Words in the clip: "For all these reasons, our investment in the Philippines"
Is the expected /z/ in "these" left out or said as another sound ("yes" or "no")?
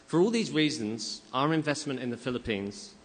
no